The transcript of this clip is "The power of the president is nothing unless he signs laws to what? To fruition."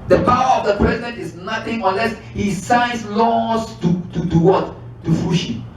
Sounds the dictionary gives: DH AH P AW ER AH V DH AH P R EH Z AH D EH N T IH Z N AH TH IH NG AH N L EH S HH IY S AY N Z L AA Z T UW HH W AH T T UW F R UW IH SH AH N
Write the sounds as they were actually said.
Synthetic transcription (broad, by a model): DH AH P AW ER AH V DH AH P R EH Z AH D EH N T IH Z N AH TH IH NG AH N L EH S HH IY S AY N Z L AA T T UW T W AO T T UW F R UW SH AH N